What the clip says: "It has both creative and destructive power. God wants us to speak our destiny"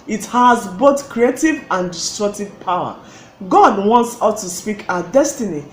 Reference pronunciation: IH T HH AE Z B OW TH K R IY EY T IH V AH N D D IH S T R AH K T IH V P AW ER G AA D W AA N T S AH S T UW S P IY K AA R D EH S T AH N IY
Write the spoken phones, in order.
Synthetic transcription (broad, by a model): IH T HH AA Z B OW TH K R IY EY T IH V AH N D D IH S T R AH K T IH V P AW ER G AA D W AA N T S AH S T UW S P IY K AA D EH S T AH N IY